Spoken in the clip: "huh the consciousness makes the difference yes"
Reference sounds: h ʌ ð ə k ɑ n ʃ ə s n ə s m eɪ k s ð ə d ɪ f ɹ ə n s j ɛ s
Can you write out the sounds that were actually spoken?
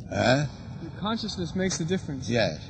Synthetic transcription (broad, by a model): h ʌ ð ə k ɑ n ʃ ə s n ə s m eɪ k s ð ə d ɪ f ɹ ə n s j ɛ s